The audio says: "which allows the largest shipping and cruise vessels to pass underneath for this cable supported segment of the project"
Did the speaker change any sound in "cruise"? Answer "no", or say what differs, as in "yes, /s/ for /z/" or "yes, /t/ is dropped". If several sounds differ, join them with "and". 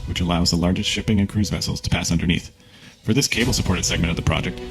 no